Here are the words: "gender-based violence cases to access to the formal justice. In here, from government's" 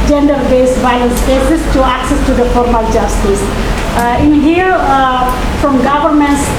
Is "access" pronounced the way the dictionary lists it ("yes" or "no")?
yes